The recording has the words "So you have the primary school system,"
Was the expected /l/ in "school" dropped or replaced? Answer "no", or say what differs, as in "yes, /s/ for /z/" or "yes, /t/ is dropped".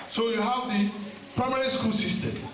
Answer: yes, /n/ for /l/